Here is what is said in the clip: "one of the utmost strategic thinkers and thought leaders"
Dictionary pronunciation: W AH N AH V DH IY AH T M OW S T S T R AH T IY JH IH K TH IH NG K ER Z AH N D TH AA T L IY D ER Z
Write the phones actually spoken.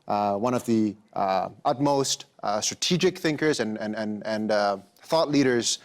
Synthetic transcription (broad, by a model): W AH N AH V DH IY AH T M OW S T S T R AH T IY JH IH K TH IH NG K ER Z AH N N TH AA T L IY D ER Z